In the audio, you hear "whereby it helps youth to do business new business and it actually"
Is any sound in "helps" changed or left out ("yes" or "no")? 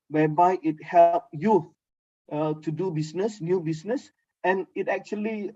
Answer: yes